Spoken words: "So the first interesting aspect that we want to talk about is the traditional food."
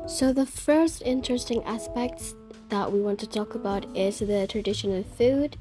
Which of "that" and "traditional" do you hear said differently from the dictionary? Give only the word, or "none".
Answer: none